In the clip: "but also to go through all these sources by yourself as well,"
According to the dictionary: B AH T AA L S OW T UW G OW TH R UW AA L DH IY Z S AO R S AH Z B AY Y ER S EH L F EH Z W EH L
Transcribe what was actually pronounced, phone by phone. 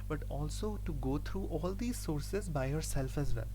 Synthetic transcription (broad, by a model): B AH T AA L S OW T UW G OW T R UW AA L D IY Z S AO R S AH Z B AY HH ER S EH L F EH Z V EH L